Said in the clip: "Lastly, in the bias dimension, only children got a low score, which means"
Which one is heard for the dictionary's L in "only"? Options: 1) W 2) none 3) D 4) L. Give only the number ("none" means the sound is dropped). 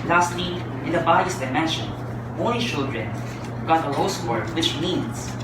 2